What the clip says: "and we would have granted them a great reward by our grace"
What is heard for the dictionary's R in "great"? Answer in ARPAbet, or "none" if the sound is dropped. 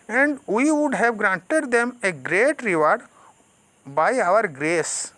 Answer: R